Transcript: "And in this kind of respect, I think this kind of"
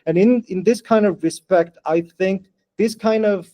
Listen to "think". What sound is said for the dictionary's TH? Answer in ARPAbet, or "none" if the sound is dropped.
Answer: TH